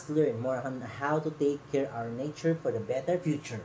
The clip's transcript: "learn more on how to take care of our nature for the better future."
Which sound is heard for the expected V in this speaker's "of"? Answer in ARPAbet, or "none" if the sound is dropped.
W